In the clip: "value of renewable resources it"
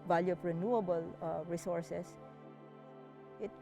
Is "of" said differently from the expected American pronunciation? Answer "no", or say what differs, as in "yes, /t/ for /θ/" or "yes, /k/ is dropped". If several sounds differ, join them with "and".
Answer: yes, /p/ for /v/